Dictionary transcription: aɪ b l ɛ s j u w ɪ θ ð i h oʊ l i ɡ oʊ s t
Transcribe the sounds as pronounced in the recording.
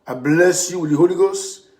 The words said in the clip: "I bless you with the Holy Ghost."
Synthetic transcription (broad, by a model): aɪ b l ɛ s j u w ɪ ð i h oʊ l i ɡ oʊ s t